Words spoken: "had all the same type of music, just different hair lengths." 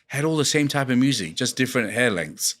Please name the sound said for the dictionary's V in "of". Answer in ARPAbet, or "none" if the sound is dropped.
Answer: V